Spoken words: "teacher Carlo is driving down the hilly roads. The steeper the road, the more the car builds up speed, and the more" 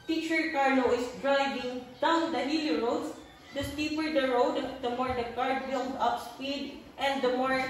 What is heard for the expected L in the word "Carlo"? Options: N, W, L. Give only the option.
N